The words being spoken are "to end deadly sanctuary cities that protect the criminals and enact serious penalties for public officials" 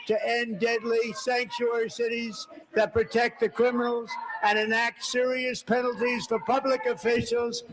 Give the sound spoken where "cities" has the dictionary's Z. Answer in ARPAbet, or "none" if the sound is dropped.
Z